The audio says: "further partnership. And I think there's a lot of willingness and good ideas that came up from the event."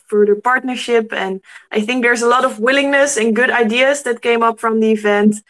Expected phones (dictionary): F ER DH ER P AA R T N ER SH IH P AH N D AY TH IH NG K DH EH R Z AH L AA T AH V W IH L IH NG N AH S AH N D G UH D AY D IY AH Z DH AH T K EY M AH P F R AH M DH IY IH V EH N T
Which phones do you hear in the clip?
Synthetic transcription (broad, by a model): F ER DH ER P AA R T N ER SH IH P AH N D AY TH IH NG K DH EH R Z AH L AA T AH V W IH L IH NG N AH S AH N G UH D AY D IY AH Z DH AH T K EY M AH P F R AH M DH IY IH V EH N T